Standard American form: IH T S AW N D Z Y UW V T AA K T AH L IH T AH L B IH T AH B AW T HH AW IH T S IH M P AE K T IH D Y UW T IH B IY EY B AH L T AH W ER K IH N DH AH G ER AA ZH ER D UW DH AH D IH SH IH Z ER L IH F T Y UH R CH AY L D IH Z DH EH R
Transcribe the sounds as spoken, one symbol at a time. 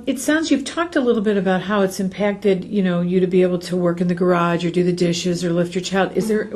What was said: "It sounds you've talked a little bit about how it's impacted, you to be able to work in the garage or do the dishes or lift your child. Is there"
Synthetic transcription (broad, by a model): IH T S AW N D Z Y UW V T AA K T AH L IH T L B IH T AH B AW T HH AW IH T S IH M P AE K T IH D Y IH T IH B IY EY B L T AH W ER K IH N DH AH G ER AA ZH ER D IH DH AH D IH SH IH Z ER L IH F T Y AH R CH AY L D IH Z DH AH R